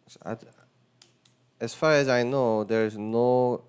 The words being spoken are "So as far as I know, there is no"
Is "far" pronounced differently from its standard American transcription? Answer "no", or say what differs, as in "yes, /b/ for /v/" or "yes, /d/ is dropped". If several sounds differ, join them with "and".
no